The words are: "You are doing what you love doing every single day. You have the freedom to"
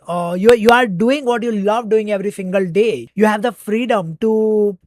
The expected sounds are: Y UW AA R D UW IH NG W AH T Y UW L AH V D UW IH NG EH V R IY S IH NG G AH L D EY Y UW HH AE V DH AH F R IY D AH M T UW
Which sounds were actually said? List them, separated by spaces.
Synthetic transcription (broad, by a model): Y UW AA R D UW IH NG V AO T Y UW L AH V D UW IH NG EH V R IY S IH NG G AH L D EY Y UW HH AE V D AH F R IY D AH M T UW